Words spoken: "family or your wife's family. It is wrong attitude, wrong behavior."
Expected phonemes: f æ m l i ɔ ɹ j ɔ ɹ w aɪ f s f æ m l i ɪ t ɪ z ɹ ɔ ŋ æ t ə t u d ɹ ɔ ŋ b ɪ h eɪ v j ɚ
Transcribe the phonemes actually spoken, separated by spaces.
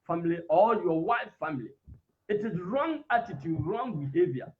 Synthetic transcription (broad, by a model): f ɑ m l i ɔ l j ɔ w aɪ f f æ m l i ɪ t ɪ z ɹ ɔ ŋ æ t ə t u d ɹ ɔ ŋ b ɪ h eɪ v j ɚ